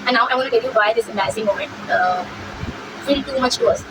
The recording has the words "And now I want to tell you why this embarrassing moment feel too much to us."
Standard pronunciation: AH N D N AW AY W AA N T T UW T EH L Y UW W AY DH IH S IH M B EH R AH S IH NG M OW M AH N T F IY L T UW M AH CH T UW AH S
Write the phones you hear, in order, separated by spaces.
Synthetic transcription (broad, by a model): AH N N AW AY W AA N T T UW T EH L Y UW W AY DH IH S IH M EH AH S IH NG M OW M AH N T F IY L T UW M AH CH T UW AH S